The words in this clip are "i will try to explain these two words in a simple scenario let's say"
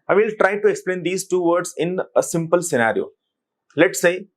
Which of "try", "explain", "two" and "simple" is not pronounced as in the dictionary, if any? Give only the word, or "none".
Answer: none